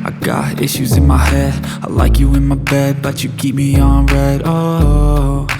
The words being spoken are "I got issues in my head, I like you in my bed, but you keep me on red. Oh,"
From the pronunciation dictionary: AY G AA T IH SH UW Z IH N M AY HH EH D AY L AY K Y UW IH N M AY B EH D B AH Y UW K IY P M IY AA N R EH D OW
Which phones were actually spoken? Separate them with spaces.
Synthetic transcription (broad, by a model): AY G AA T IH SH UW Z IH N M AY HH EH D AY L AY K Y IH IH N M AY B EH D B AH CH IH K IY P M IY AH N R EH D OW